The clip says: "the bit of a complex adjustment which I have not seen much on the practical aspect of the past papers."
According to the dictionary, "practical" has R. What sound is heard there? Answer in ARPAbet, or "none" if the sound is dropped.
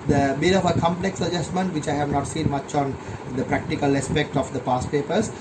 R